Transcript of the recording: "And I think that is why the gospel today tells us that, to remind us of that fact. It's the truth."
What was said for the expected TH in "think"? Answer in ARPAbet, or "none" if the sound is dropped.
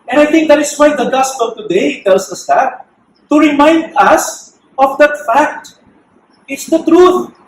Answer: T